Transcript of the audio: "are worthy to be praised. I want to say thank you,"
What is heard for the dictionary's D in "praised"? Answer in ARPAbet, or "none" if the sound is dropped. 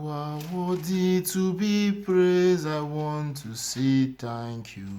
none